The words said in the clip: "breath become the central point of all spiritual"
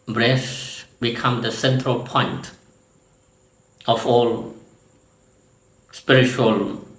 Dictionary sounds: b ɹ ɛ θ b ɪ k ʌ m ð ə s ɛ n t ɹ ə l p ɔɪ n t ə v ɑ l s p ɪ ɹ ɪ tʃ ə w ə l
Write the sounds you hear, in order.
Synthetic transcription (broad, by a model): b ɹ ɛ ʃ b ɪ k ʌ m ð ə s ɛ n t ɹ ə l p ɔɪ n t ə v ɑ l s p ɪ ɹ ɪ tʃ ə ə l